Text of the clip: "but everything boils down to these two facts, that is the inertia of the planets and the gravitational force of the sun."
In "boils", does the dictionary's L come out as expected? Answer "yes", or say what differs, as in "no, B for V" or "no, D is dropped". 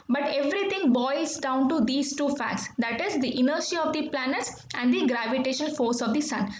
no, L is dropped